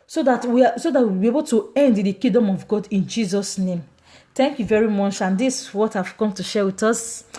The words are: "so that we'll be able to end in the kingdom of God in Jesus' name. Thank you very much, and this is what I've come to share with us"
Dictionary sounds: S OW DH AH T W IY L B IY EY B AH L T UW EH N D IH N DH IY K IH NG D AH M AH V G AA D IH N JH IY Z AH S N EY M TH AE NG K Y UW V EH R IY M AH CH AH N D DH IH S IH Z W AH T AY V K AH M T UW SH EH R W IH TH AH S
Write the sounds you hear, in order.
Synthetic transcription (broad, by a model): S OW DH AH T W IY W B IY EY B AH L T UW EH N D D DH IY K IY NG D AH M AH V G AA D IH N JH IY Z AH S N EY M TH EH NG K Y UW V EH R IY M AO CH AH N D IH S W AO T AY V K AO M T UW SH EH W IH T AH S